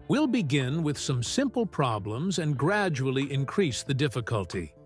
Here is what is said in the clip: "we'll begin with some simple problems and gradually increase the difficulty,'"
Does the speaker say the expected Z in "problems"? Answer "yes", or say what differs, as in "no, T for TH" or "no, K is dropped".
yes